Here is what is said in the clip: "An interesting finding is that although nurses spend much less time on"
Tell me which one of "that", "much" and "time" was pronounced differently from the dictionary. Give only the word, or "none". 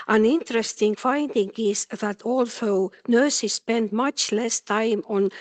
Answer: none